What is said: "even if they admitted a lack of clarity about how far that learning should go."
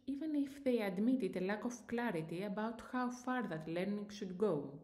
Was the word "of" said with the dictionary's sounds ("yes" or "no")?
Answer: no